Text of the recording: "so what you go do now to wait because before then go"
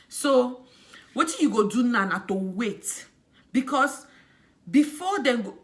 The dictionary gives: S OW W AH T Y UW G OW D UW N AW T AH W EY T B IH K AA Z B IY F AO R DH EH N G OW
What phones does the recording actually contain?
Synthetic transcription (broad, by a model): S OW W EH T Y UW G OW D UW N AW T AH W EY T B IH K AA S B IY F AO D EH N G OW